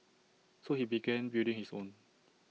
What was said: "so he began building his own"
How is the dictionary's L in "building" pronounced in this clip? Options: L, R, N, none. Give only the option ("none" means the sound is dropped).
none